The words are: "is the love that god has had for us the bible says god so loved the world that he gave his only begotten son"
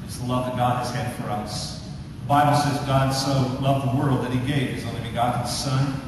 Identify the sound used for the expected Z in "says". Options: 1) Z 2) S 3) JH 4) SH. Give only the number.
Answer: 1